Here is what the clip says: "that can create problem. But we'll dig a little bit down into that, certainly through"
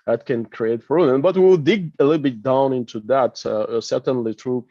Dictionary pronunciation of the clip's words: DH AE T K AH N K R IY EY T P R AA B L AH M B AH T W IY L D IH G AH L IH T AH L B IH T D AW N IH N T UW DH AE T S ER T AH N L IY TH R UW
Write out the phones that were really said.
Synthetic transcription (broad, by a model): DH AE T K AH N K R IY EY T F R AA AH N B AH T W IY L D IH G AH L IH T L B IH T D AW N IH N T UW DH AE T S ER T AH N L IY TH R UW